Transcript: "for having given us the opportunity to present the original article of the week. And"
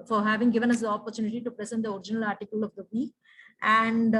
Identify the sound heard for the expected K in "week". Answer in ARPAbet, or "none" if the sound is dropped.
none